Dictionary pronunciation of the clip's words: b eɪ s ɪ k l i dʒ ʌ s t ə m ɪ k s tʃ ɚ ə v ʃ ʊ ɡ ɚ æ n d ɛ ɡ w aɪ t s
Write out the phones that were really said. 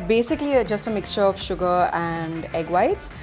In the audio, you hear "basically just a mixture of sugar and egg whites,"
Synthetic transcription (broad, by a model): b eɪ s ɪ k l i dʒ ʌ s t ə m ɪ k s tʃ ɚ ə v ʃ ʊ ɡ ɚ æ n d ɛ ɡ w aɪ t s